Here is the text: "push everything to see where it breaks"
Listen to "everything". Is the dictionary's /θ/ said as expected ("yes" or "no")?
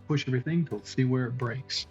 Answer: yes